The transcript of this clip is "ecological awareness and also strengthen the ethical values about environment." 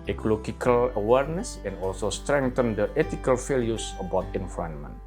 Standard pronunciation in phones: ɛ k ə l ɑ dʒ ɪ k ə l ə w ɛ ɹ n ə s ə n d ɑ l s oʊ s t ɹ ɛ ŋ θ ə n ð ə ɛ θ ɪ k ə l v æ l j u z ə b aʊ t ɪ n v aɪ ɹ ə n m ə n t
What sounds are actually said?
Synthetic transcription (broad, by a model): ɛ k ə l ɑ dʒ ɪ k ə l ə w ɛ ɹ n ə s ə n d ɑ l s oʊ s t ɹ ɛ ŋ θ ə n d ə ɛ t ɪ k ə l f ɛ l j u s ə b aʊ t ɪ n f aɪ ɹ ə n m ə n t